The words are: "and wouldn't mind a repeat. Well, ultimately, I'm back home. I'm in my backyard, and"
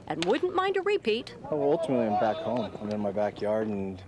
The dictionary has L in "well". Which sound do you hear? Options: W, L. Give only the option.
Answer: W